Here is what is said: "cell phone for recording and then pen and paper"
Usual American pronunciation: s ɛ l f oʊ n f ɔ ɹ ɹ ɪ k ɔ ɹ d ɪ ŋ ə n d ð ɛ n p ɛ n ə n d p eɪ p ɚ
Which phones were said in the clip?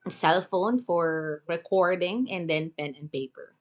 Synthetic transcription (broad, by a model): s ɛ l f oʊ n f ɔ ɹ ɹ ɪ k ɔ ɹ d ɪ ŋ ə n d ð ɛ n p ɛ n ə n p eɪ p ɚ